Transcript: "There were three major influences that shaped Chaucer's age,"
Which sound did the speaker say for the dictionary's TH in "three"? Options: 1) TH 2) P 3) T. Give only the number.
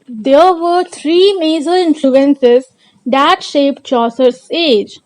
3